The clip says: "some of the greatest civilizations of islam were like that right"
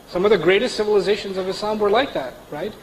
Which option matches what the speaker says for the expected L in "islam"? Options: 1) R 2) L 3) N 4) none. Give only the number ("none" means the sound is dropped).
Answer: 4